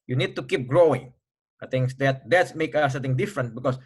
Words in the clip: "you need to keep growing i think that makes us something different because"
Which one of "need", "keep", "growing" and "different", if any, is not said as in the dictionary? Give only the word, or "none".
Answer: none